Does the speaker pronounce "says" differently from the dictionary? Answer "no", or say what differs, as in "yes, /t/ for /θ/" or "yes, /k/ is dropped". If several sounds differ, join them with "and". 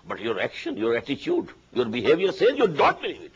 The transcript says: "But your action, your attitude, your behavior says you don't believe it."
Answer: yes, /z/ is dropped